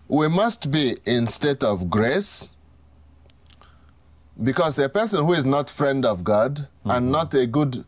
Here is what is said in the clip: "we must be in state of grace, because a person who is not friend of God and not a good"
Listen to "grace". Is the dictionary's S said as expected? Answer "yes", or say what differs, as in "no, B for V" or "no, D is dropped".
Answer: yes